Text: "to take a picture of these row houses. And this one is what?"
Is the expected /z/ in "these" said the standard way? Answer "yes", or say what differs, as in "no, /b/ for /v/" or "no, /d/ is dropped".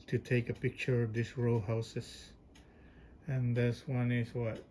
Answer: no, /s/ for /z/